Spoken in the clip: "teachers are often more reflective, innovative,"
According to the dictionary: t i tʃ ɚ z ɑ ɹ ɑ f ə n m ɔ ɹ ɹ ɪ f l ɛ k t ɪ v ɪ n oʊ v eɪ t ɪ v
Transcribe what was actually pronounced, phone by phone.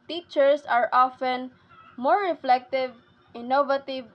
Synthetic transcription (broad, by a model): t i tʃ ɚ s ɑ ɹ ɑ f ə n m ɔ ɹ ɹ ɪ f l ɛ k t ɪ v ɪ n oʊ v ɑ t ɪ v